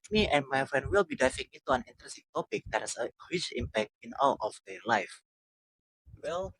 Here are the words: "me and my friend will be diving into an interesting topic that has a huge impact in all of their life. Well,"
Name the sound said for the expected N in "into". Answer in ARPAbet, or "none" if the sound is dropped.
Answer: none